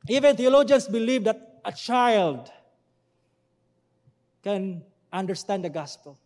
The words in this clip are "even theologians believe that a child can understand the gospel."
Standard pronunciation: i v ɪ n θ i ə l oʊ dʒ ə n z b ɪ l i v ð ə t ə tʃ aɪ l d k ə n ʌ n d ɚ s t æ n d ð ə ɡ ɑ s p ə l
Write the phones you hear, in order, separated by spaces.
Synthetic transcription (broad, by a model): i v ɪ n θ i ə l oʊ dʒ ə n s b ɪ l i v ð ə t ə tʃ aɪ l d k ə n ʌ n d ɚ s t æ n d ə ɡ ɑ s p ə l